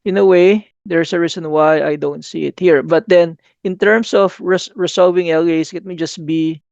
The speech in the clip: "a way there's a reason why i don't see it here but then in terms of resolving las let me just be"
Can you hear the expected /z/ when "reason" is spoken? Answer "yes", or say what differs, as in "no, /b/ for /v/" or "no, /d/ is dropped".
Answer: no, /s/ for /z/